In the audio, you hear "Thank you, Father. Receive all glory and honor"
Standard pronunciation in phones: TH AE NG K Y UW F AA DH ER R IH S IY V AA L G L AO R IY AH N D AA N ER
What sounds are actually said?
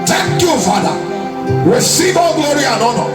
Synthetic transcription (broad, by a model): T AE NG K Y UW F AA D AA W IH S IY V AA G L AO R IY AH N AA N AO